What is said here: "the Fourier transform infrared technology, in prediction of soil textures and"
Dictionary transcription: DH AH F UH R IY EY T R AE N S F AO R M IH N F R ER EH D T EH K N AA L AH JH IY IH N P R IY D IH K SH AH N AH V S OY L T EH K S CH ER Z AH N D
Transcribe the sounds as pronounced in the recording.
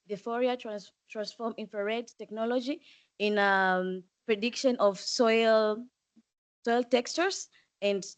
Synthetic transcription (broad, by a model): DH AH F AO R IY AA T R AE N S F AO R M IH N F R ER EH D T EH K N AA L AH JH IY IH N P R IY D IH K SH AH N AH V S OY L T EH K S CH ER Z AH N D